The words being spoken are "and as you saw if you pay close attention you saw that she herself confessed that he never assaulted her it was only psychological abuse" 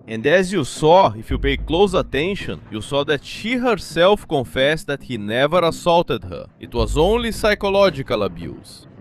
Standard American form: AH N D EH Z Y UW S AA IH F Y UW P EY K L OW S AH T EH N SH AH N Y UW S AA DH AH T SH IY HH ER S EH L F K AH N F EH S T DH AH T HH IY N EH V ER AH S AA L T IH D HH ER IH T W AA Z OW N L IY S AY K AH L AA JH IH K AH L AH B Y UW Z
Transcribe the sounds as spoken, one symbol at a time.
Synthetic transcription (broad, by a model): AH N D EH Z Y UW S AA IH F Y UW P EY K L OW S AH T EH N SH AH N Y UW S AA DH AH T SH IY HH ER S EH L F K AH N F EH S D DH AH T HH IY N EH V ER AH S AA L T IH D HH ER IH T W AA Z OW N L IY S AY K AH L AA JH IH K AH L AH B Y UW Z